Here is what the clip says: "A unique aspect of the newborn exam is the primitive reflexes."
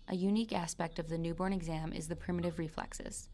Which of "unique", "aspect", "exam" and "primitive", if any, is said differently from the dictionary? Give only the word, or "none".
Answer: none